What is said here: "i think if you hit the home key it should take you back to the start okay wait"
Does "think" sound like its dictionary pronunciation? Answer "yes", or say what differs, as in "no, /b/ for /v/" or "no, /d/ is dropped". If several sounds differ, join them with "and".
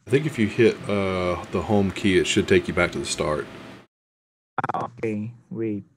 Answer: yes